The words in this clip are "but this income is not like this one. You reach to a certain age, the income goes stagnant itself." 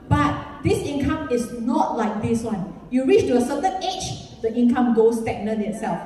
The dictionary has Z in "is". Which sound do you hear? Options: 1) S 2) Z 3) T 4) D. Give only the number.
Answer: 1